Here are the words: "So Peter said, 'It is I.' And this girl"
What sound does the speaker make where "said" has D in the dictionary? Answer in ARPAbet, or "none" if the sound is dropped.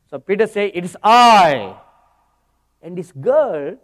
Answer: none